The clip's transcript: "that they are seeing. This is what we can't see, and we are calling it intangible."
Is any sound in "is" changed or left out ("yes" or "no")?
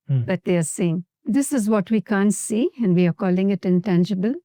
no